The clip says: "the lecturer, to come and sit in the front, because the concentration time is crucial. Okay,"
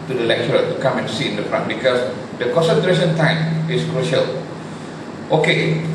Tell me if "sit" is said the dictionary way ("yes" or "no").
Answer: no